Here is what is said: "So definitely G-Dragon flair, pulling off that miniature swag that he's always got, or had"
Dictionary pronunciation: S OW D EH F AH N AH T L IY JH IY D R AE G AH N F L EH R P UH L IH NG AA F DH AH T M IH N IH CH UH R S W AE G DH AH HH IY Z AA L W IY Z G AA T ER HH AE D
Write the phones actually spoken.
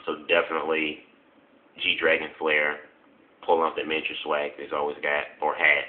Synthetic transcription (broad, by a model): S OW D EH F AH N AH T L IY JH IY D R AE G AH N F L EH R P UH L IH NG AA P DH AH T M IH IH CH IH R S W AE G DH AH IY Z AA L W IY Z G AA T ER HH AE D